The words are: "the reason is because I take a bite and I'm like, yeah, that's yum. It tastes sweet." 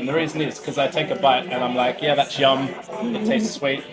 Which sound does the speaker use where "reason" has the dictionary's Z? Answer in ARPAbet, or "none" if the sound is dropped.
Z